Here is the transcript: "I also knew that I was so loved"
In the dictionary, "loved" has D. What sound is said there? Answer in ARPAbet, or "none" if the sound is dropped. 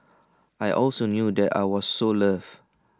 none